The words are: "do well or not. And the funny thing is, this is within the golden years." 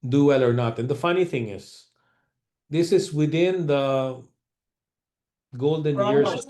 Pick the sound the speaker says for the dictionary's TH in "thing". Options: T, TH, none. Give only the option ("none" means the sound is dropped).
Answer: TH